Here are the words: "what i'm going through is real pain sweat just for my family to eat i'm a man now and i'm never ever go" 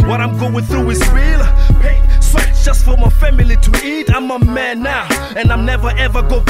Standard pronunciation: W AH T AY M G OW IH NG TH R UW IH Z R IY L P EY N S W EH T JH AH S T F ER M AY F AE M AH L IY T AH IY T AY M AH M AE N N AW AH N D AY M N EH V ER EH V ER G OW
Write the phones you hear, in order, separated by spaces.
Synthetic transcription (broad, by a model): W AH T AY M G OW IH NG TH R UW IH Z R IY L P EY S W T JH AH S T F ER M AY F AE M AH L IY T AH IY T AY M AH M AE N N AW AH N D AY M N EH V ER EH V ER G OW